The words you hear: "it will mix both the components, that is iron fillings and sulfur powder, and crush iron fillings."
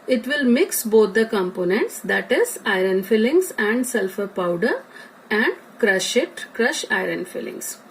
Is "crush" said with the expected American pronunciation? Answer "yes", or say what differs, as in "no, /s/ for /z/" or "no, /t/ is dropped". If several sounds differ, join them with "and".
yes